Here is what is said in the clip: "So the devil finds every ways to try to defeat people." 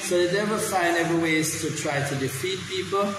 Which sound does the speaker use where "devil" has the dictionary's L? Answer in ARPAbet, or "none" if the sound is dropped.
W